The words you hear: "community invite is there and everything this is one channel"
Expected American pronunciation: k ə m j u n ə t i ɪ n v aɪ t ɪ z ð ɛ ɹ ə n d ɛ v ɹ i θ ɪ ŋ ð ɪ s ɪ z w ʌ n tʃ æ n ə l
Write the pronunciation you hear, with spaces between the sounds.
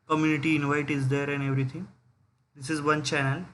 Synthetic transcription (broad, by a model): k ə m j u n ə t i ɪ n v aɪ t ɪ z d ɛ ɹ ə n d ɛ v ɹ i t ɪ ŋ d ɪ s ɪ z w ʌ n tʃ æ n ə l